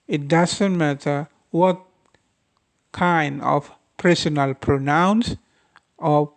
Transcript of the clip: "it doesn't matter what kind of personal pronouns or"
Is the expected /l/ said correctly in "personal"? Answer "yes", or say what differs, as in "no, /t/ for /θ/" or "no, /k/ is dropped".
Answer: yes